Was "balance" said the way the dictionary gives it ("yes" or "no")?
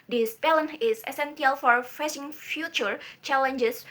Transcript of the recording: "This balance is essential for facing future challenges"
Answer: no